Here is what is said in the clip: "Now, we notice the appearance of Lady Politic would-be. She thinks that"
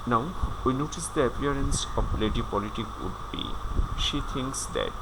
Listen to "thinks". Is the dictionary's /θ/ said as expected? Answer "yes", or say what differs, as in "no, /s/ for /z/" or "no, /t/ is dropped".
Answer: no, /t/ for /θ/